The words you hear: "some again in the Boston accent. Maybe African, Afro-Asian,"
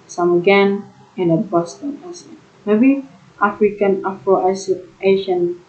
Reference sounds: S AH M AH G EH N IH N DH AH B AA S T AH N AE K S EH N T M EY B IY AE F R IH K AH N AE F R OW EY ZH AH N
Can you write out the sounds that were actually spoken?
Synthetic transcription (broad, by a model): S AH M AH G EH N IH N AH B AA S T AH N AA S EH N M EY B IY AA F R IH K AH N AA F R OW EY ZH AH N